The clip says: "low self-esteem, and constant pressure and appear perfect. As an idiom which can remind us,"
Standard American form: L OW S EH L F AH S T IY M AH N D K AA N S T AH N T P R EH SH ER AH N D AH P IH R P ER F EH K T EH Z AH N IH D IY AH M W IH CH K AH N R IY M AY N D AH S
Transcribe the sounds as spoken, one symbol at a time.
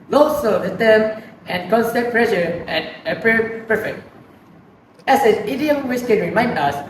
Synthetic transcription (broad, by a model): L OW S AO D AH T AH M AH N K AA N S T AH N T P R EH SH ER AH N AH P R P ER F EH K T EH S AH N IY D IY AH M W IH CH K AH N R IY M AY N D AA S